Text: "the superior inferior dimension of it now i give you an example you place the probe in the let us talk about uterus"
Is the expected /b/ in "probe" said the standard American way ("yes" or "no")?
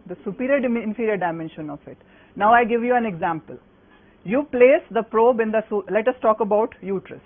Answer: yes